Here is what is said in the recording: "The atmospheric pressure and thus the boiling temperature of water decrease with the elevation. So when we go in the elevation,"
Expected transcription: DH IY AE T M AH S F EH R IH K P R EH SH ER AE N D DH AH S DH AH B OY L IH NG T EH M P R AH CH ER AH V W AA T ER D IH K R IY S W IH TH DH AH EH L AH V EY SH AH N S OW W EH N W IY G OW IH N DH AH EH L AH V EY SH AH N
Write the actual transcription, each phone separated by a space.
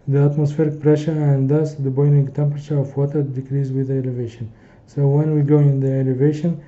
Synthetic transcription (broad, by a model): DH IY AE T M AH S F EH R IH K P R EH SH ER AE N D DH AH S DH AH B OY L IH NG T EH M P R AH CH ER AH V W AA T ER D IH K R IY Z W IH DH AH EH L AH V EY SH AH N S OW W EH N W IY G OW IH N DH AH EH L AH V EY SH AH N